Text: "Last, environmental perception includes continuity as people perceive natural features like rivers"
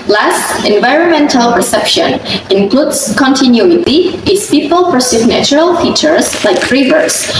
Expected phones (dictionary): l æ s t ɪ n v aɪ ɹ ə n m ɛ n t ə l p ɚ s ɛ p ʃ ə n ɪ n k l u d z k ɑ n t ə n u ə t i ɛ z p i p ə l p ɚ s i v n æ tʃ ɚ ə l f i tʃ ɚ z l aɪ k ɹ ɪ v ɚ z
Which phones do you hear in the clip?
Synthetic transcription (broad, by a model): l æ s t ɪ n v aɪ ɹ ə n m ɛ n t ə l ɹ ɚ s ɛ p ʃ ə n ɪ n k l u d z k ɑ n t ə n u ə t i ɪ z p i p ə l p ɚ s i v n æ tʃ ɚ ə l f i tʃ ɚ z l aɪ k ɹ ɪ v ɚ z